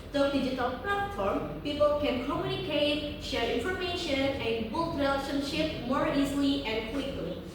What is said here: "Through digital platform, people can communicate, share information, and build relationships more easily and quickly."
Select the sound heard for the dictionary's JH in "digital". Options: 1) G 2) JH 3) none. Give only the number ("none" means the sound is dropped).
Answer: 2